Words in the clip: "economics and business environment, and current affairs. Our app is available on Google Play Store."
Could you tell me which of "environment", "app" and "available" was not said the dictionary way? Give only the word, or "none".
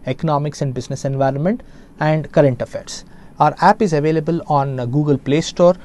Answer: none